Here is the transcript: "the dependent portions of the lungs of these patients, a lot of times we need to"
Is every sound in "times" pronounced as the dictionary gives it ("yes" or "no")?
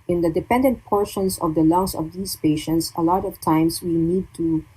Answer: no